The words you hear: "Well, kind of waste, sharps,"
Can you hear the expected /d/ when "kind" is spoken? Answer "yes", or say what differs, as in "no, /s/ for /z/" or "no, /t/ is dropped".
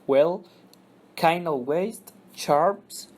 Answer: no, /d/ is dropped